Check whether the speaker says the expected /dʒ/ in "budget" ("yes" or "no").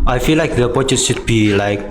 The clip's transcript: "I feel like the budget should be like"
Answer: no